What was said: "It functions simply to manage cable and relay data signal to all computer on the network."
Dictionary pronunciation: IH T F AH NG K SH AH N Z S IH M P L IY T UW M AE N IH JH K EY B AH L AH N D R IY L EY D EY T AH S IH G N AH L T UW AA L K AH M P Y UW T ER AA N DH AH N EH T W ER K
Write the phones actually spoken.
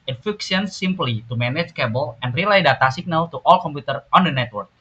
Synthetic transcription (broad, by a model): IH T F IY K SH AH N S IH M P L IY T UW M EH N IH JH K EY B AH L AH N D R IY L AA D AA T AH S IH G N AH L T UW AA L K AH M P Y UW T ER AA N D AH N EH T W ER K